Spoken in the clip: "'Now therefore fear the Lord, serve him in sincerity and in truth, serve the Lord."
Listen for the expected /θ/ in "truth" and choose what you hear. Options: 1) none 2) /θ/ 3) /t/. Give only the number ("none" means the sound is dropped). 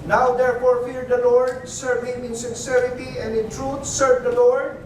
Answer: 3